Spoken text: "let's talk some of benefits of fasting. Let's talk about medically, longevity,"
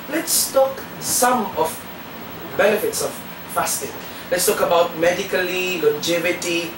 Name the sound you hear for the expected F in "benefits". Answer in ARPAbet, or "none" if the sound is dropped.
F